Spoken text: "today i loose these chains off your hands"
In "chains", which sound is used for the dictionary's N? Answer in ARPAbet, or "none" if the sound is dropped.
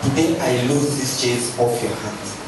none